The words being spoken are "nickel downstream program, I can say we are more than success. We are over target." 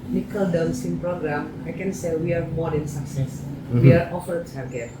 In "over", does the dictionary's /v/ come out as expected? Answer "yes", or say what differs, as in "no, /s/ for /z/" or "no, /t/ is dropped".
no, /f/ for /v/